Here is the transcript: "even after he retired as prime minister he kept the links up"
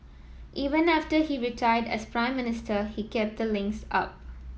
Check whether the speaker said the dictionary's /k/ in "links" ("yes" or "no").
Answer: yes